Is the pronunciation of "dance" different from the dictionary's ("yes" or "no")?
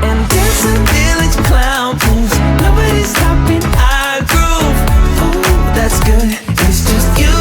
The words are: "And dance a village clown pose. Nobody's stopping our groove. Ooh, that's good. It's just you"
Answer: yes